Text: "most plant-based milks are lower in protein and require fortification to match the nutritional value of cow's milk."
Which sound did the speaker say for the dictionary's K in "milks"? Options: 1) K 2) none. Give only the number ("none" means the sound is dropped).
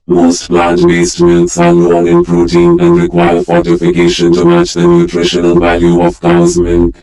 2